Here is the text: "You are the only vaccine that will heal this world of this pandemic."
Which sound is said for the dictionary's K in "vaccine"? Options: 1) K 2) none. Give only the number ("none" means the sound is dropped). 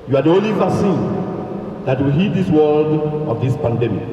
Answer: 2